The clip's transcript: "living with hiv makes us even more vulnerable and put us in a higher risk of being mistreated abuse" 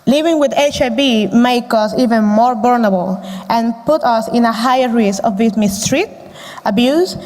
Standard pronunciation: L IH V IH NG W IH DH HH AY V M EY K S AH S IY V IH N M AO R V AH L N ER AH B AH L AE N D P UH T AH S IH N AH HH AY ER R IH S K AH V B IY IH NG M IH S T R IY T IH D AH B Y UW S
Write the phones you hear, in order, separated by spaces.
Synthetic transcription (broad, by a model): L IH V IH NG W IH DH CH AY B M EY K AH S IY V IH N M AO R B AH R N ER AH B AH L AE N P UH T AH S IH N AH HH AY ER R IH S AH V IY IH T M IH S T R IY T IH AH B Y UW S